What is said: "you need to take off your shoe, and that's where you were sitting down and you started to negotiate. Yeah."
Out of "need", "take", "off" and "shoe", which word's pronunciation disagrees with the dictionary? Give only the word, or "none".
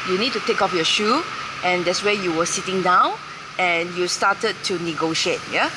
none